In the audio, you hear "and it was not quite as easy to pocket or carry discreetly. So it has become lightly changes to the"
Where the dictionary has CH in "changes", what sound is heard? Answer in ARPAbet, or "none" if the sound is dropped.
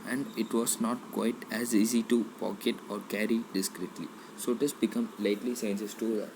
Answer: S